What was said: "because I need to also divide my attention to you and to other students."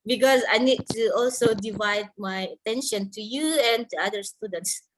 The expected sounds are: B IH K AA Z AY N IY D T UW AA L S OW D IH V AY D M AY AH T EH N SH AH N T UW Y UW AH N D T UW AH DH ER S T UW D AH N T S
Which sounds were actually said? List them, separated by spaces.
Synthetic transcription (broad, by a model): B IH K AA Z AY N IY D T UW AA L S OW D IH V AY D M AY AH T EH N SH AH N T UW Y UW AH N T UW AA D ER S T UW D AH N T S